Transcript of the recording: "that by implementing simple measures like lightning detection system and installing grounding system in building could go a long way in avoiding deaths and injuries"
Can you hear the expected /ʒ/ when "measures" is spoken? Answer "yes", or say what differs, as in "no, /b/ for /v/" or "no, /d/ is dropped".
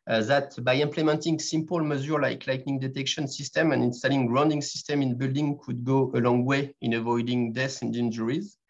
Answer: no, /z/ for /ʒ/